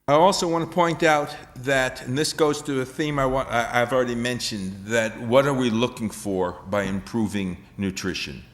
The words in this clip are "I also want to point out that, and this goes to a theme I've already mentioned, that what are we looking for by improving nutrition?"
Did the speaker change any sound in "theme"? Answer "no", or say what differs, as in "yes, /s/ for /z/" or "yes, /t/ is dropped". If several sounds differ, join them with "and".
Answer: no